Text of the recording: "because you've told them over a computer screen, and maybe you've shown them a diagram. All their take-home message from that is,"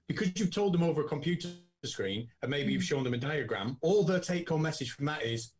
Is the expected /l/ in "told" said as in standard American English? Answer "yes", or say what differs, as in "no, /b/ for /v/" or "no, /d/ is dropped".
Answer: yes